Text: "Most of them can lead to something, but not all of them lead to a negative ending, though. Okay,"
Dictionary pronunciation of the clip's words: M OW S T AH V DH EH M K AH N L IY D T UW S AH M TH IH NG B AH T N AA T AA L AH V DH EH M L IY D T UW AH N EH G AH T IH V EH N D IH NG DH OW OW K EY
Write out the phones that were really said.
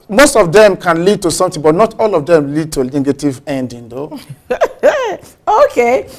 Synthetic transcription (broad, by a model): M OW S T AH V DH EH M K AH N L IY D T UW S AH M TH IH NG B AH T N AA T AA L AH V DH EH M L IY D T UW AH N EH G AH T IH V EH N D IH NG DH OW OW K EY